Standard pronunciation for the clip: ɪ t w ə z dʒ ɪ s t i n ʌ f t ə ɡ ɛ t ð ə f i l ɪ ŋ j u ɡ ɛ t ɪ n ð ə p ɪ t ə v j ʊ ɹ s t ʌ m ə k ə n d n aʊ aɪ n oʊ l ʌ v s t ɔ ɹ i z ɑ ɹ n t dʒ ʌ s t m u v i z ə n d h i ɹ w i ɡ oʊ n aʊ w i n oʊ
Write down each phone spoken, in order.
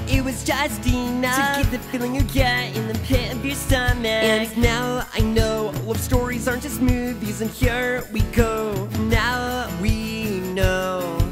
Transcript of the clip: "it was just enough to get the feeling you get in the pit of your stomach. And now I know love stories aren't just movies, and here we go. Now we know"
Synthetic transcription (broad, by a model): ɪ t w ə z dʒ ɪ s t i n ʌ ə ɡ ɛ t ð ə f i l ɪ ŋ j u ɡ ɛ t ɪ n ð ə p ɪ t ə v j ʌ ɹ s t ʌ m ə ə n n aʊ aɪ n oʊ l ʌ v s t ɔ ɹ i z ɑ ɹ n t dʒ ʌ s t m u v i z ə n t h i ɹ w i ɡ oʊ n aʊ w i n oʊ